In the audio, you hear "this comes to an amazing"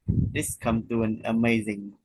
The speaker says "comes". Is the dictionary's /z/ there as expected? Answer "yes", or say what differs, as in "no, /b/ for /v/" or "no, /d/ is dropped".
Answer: no, /z/ is dropped